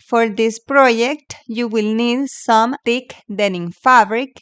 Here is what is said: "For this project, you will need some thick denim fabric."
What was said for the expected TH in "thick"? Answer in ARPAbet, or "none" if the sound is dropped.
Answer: T